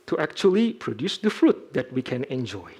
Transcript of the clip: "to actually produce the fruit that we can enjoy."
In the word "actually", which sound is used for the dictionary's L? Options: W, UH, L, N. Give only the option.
L